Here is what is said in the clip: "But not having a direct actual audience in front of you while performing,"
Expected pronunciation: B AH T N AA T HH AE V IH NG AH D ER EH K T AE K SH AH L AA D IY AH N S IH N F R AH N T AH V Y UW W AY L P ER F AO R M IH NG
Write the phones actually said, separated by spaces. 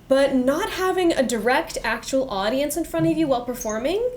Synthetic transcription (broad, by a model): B AH T N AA T HH AE V IH NG AH D ER EH K T AE K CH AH L AA D IY AH N S IH N F R AH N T AH V Y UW W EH L P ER F AO R M IH NG